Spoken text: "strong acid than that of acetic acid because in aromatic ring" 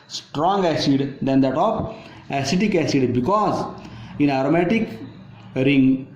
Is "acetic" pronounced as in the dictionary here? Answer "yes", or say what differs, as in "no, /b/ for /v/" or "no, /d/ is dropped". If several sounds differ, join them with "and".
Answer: yes